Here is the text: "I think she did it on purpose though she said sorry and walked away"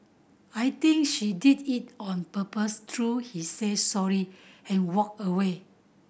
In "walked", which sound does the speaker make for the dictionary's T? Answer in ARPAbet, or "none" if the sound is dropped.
none